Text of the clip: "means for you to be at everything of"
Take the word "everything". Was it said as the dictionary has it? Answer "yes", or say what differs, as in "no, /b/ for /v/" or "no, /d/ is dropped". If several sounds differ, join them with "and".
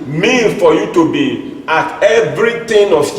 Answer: no, /t/ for /θ/